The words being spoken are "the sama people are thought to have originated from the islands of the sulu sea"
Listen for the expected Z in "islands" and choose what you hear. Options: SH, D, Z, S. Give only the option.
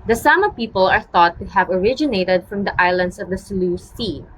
S